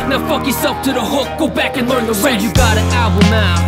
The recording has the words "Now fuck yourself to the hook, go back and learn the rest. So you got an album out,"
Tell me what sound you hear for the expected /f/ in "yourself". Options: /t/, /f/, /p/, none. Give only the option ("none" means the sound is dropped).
/p/